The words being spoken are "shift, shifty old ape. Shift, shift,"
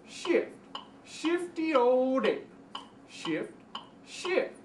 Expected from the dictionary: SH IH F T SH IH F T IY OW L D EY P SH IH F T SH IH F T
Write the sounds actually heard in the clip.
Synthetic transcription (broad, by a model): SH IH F T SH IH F T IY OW D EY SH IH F T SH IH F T